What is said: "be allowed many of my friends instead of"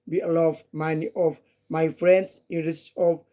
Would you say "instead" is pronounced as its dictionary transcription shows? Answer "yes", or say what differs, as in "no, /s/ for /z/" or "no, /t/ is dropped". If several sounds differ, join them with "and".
no, /s/ is dropped